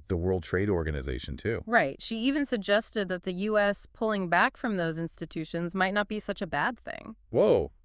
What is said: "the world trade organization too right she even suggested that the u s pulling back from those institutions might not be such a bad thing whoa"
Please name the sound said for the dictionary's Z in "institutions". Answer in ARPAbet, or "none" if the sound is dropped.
Z